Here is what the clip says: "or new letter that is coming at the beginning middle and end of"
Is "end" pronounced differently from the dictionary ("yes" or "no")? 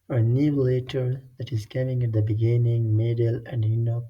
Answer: yes